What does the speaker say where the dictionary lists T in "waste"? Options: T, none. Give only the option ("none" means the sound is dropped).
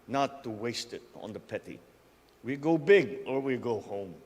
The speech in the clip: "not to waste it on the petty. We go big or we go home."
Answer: T